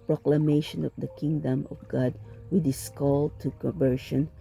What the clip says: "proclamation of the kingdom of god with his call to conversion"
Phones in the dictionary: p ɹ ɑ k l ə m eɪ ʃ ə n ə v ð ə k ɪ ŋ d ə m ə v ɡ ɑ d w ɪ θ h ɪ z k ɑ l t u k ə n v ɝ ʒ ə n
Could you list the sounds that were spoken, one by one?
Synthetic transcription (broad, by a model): p ɹ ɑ k l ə m eɪ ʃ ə n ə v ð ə k ɪ ŋ d ə m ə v ɡ ɑ d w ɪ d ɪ s k ɑ l t u k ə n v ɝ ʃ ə n